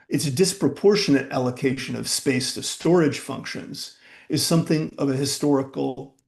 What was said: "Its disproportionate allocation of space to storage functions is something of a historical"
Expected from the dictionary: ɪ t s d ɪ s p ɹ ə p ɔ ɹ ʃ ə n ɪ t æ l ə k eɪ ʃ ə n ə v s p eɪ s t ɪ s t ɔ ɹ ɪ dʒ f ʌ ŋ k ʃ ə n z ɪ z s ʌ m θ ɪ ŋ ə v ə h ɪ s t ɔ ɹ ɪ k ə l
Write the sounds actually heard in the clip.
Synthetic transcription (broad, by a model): ɪ t s d ɪ s p ɹ ə p ɔ ɹ ʃ ə n ɪ t æ l ə k eɪ ʃ ə n ə v s p eɪ s t ɪ s t ɔ ɹ ɪ dʒ f ʌ ŋ k ʃ ə n z ɪ z s ʌ m θ ɪ ŋ ə v ə h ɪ s t ɔ ɹ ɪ k l